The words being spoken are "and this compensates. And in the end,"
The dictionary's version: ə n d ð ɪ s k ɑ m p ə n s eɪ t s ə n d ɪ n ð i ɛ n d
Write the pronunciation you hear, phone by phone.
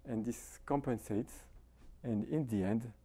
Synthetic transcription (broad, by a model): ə n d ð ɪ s k ɑ m p ə n s eɪ t s ə n d ɪ n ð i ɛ n d